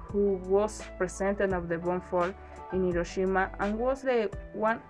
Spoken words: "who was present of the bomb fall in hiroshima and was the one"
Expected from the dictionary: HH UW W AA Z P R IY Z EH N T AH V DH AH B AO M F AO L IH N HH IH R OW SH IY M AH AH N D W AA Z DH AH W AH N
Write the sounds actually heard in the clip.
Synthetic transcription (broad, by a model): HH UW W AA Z P R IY S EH N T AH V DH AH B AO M F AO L IH N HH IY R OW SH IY M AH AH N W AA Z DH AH W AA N